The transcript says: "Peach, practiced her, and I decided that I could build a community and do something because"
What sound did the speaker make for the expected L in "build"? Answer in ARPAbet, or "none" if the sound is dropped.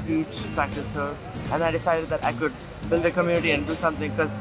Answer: L